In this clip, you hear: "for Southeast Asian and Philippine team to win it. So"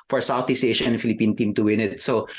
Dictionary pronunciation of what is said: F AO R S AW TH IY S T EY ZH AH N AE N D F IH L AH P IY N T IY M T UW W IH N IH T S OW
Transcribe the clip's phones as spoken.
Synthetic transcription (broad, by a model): F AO R S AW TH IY S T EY SH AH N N F IH L AH P IY N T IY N T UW W IH N IH T S OW